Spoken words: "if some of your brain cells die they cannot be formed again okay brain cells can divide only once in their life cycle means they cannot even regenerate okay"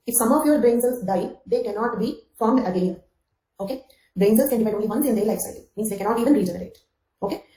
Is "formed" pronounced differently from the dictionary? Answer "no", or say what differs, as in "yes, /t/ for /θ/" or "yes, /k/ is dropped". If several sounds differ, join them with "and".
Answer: yes, /d/ is dropped